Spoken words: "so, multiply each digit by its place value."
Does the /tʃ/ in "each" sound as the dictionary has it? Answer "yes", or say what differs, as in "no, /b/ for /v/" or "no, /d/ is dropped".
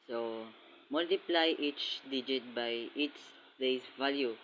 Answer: yes